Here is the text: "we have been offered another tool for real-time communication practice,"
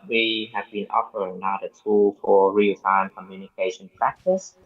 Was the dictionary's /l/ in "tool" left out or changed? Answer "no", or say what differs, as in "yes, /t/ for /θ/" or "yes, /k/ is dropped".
no